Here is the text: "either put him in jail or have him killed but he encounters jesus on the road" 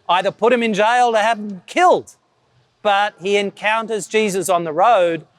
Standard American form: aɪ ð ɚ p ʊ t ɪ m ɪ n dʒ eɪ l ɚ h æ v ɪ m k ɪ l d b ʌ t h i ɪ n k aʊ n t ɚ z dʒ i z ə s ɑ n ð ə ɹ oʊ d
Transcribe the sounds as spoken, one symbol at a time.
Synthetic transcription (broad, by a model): aɪ ð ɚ p ʊ t ɪ m ɪ n dʒ eɪ l ɚ h æ v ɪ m k ɪ l d b ʌ t h i ɪ n k aʊ n t ɚ z dʒ i z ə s n ð ə ɹ oʊ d